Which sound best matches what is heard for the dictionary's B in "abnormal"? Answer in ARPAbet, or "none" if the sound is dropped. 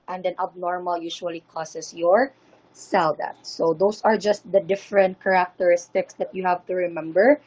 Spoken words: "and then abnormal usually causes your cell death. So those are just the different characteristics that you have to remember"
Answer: B